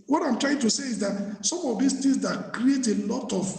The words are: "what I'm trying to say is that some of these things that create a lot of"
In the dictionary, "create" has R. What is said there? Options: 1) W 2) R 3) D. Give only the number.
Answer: 2